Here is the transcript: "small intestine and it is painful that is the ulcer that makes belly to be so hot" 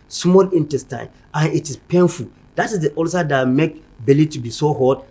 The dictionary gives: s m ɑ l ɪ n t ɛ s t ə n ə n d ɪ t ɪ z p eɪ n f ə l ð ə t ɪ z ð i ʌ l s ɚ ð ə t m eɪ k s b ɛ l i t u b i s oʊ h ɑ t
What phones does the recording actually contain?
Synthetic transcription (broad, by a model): s m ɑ l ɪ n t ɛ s t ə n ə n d ɪ t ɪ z p eɪ n f ə l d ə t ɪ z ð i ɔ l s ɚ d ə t m eɪ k b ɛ l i t u b i s oʊ h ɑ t